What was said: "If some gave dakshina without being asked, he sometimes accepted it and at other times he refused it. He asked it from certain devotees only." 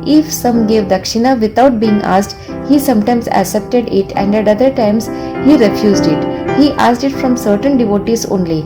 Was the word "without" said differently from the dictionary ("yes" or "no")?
yes